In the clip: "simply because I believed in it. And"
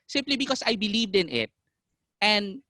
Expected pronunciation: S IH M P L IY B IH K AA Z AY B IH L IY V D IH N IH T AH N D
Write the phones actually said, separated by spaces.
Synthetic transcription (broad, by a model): S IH M P L IY B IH K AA S AY B IH L IY V D IH N IH T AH N D